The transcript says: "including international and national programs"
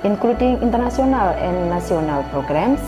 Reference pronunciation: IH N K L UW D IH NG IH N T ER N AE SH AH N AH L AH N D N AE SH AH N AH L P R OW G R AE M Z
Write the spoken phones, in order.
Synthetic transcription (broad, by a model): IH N K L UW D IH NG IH N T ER N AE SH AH N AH L AH N D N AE S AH N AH L P R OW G R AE M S